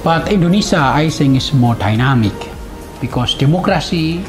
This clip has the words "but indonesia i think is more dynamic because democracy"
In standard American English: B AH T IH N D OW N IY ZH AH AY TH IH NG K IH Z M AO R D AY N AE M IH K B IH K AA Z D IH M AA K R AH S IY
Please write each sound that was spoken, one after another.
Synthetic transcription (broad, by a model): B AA T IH N D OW N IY S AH AY S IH NG IH S M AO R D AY N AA M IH K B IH K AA S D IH M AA K R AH S IY